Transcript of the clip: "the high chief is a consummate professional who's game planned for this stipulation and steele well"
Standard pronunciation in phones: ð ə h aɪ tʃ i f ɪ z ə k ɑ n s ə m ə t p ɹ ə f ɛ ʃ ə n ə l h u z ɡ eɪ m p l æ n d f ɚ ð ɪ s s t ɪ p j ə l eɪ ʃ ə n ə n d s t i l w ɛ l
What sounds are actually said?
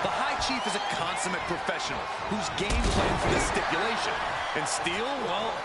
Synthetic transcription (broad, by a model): ð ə h aɪ tʃ i f ɪ z ə k ɑ n s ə m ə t p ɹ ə f ɛ ʃ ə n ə l h u z ɡ eɪ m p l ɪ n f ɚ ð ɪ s s t ɪ p j ə l eɪ ʃ ə n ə n s t i l w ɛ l